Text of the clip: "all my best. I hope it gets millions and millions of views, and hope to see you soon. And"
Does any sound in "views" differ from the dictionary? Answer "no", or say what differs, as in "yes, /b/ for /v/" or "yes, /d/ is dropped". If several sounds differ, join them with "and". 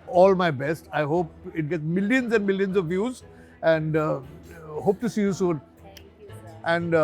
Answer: no